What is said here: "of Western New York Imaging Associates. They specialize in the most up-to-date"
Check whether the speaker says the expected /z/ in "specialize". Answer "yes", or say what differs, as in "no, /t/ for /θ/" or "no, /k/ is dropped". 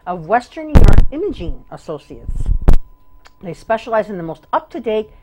yes